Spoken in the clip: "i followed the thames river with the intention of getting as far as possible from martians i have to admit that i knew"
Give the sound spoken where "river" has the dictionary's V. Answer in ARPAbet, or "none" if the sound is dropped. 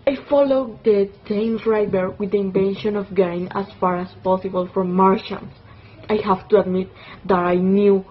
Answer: B